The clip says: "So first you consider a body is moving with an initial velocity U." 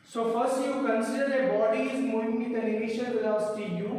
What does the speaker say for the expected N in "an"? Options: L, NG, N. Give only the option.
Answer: L